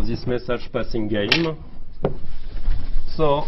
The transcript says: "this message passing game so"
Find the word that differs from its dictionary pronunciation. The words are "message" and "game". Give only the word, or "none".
message